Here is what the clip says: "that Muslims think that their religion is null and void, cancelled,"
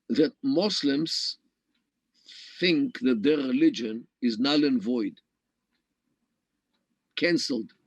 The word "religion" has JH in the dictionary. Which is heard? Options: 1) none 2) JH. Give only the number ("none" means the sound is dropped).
2